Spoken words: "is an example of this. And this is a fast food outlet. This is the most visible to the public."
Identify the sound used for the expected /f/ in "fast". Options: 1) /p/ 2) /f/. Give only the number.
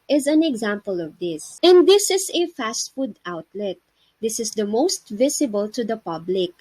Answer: 2